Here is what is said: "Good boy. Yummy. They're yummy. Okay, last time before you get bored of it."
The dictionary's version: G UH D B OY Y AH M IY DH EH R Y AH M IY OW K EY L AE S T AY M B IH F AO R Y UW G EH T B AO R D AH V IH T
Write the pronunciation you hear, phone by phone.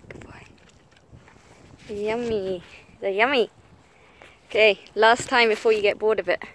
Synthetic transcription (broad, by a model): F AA Y AH M IY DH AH Y AH M IY OW K EY L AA S T AY M B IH F AO Y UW G EH T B AO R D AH B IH T